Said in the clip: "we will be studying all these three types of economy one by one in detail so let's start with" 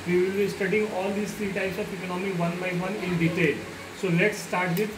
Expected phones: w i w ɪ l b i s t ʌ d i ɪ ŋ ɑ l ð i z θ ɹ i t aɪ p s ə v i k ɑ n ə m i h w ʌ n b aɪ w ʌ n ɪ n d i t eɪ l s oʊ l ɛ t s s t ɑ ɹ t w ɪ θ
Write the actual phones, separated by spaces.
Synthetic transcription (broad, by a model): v i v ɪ l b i s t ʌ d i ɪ ŋ ɑ l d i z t ɹ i t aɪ s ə p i k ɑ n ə m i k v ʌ n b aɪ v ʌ n ɪ n d i t eɪ l s oʊ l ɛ t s s t ɑ ɹ t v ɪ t